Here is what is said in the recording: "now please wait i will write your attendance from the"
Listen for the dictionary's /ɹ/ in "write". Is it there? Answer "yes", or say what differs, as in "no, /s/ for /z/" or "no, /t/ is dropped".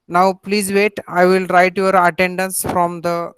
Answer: yes